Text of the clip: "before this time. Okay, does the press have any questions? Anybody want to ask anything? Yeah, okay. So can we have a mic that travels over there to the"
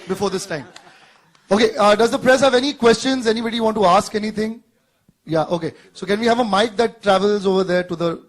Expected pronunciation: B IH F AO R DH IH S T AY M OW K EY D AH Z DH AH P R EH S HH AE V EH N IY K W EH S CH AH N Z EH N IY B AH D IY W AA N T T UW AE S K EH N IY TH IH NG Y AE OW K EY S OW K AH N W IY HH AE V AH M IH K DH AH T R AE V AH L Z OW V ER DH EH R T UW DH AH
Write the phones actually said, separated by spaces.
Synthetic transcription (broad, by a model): B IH F AO R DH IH S T AY M OW K EY D AH Z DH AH P R EH S HH AE V EH N IY K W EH S CH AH N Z EH N IY B AH D IY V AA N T T UW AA S K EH N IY T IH NG Y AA OW K EY S OW K AH N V IY HH AE V AH M IH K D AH T R AE V AH L Z OW V ER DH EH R T UW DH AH